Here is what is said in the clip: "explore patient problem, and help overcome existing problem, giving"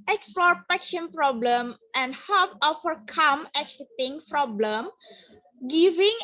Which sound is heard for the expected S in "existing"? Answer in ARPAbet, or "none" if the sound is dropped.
none